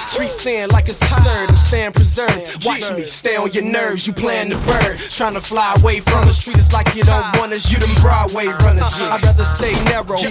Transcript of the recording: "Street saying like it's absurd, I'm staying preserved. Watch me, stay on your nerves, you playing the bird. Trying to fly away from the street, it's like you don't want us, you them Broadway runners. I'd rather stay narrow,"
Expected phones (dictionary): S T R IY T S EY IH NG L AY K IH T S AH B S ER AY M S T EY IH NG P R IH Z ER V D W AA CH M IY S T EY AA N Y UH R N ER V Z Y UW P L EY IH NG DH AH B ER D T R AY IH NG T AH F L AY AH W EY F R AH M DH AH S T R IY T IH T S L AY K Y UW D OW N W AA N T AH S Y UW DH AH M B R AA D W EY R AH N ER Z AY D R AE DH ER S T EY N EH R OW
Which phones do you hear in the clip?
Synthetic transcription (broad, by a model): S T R IY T S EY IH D L AY K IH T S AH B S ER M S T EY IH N P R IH Z ER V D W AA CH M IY S T EY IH L Y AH R N ER V Z Y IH P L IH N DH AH B ER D T R AY IH NG T AH F L AY AH W EY F R AH M DH AH S T R IY T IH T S L AY K Y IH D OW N W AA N AH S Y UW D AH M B R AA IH W EY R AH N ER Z AY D R AE DH ER S T EY N EH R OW